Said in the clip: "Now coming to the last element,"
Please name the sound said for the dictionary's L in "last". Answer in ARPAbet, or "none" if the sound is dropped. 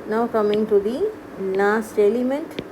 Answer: N